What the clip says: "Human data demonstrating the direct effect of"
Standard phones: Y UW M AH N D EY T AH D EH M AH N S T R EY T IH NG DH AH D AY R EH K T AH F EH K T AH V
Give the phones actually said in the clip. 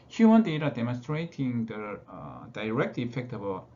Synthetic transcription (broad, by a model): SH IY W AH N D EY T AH D EH M AH N S T R EY T IH NG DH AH D AY R EH K T AH F EH K T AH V